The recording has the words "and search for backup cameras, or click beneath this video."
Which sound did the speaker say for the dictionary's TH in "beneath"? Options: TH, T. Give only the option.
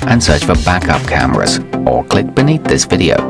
TH